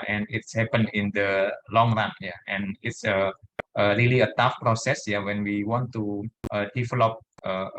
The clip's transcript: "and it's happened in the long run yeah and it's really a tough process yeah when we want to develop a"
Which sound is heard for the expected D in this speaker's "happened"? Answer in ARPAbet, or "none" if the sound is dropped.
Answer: none